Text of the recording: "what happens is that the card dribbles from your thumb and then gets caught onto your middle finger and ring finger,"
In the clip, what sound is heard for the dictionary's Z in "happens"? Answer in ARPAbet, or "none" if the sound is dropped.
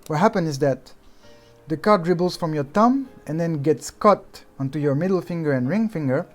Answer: none